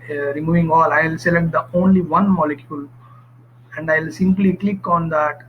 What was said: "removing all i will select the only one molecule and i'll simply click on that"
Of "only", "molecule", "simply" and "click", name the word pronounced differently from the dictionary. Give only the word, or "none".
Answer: none